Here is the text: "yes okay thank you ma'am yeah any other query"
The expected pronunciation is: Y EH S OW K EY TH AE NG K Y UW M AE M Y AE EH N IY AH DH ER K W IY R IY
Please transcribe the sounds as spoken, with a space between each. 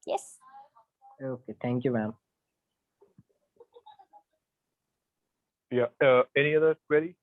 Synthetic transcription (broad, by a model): Y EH S OW K EY TH AE NG K Y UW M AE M Y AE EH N IY AH DH ER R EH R IY